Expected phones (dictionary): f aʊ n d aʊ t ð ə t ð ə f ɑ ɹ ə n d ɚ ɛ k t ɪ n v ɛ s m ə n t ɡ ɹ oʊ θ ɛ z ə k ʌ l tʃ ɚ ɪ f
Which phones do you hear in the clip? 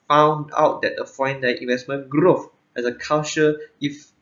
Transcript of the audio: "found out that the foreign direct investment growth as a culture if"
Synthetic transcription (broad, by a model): f aʊ n d aʊ t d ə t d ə f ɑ ə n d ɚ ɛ t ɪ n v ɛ s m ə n ɡ ɹ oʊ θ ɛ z ə k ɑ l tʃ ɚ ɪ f